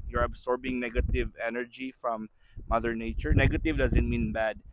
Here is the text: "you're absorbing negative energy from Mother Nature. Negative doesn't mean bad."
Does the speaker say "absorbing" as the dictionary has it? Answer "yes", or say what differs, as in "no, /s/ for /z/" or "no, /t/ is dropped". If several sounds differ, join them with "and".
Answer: no, /s/ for /z/